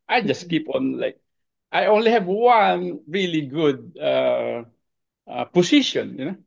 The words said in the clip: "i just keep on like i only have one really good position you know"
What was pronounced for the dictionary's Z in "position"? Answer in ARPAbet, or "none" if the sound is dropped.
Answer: S